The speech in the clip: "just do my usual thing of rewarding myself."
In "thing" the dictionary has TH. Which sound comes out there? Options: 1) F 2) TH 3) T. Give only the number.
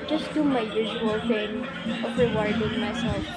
1